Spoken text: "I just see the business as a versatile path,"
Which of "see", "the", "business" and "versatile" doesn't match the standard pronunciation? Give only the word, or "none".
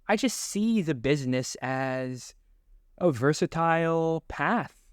none